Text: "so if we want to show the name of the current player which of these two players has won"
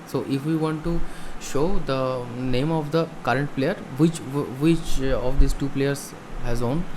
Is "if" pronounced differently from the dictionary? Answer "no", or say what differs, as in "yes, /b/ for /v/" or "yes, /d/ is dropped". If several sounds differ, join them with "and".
no